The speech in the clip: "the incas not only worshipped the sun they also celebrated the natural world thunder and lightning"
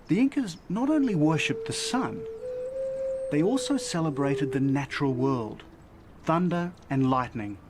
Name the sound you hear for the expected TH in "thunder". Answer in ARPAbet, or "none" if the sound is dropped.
TH